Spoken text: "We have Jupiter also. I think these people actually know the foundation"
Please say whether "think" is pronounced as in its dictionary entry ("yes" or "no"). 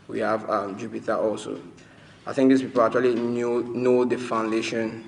yes